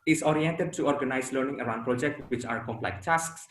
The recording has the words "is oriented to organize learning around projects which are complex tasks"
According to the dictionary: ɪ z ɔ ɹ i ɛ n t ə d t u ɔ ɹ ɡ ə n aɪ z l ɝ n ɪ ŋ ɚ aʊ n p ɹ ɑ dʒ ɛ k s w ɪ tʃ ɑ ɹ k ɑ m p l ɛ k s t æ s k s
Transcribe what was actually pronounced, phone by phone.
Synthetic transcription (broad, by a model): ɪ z ɔ ɹ i ɛ n t ə d t u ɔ ɹ ɡ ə n aɪ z l ɝ n ɪ ŋ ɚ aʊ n p ɹ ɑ dʒ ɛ k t w ɪ tʃ ɑ ɹ k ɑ m p l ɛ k t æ s k s